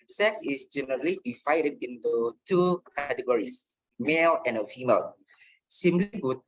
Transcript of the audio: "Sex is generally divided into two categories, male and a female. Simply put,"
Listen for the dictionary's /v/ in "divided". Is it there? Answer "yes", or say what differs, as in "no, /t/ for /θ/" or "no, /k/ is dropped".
no, /f/ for /v/